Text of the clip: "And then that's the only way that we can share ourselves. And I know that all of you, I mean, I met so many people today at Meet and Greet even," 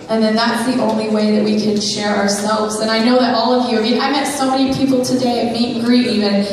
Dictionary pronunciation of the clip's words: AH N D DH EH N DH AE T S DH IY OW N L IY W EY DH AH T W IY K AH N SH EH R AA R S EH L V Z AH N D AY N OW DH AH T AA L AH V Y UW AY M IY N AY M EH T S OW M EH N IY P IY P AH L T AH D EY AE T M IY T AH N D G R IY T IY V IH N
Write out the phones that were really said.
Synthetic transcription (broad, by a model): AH N DH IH N DH AE T S DH IY OW N L IY W EY DH AH T W IY K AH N SH EH R AA R S EH L V Z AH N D AY N OW DH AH T AA L AH V Y UW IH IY AY M EH T S OW M EH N IY P IY P L T AH D EY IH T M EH AH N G R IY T IY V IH N